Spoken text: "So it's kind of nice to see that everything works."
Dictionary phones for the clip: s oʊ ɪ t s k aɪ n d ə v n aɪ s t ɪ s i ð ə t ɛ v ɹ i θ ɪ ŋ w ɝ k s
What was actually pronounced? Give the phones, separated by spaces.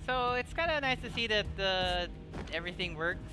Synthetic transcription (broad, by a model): s oʊ ɪ t s k aɪ n d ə n aɪ s t ɪ s i ð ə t ɛ v ɹ i θ ɪ ŋ w ɝ k